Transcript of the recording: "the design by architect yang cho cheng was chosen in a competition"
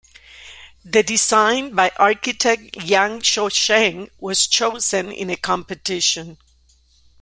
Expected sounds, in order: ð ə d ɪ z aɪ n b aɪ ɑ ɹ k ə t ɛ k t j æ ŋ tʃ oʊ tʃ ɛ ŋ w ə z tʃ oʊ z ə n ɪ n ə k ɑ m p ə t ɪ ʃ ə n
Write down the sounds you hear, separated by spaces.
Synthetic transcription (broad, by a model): ð ə d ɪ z aɪ n b aɪ ɑ ɹ k ə t ɛ k t j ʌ ŋ ʃ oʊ ʃ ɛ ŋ w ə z tʃ oʊ z ə n ɪ n ə k ɑ m p ə t ɪ ʃ ə n